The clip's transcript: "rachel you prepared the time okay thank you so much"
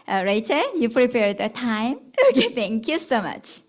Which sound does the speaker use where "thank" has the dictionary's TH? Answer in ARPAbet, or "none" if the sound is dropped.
T